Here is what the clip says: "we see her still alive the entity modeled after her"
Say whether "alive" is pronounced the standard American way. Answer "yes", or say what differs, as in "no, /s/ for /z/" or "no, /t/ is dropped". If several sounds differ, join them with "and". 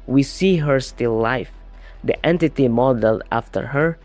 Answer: no, /l/ is dropped